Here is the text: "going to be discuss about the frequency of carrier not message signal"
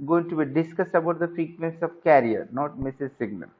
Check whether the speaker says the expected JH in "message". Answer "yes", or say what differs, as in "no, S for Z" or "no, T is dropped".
no, Z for JH